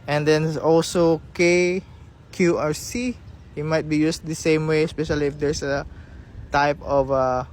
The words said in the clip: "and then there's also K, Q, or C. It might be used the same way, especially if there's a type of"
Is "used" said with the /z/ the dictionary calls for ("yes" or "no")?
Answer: no